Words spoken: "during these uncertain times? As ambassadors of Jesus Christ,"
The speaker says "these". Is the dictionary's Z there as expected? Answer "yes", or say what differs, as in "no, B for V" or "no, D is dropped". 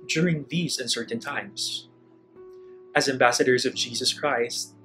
yes